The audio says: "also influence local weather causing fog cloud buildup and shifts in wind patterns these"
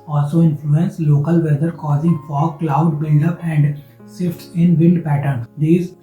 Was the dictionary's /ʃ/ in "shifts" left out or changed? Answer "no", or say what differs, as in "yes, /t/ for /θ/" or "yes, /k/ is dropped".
yes, /s/ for /ʃ/